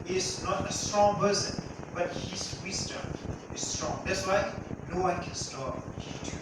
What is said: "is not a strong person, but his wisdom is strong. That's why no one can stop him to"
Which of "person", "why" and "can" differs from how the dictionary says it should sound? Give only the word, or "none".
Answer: person